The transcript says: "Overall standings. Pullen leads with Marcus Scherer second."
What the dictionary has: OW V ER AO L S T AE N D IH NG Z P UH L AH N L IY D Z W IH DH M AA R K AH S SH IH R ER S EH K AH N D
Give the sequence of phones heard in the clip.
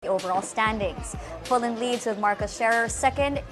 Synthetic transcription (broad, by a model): OW V ER AO L S T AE N D IH NG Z F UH L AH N L IY D Z W IH DH M AA R K AH S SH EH R ER S EH K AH N D